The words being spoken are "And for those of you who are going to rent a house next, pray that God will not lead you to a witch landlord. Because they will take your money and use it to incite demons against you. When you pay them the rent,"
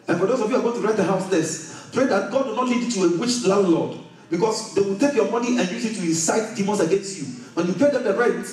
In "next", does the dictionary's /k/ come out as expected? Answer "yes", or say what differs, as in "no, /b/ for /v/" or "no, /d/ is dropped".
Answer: no, /k/ is dropped